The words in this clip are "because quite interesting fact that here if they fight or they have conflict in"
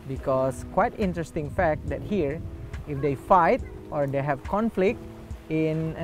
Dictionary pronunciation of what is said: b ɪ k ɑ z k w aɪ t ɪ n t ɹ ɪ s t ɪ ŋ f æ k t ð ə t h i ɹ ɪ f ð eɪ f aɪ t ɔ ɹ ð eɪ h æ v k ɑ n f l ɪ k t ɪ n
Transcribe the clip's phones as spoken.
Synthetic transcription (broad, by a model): b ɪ k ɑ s k w aɪ t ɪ n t ɹ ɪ s t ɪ ŋ f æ k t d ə t h i ɹ ɪ f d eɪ f aɪ t ɔ ɹ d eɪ h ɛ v k ɑ n f l ɪ k t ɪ n